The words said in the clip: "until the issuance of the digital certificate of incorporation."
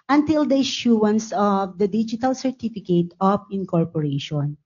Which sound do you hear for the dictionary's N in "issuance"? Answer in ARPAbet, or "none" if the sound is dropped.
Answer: N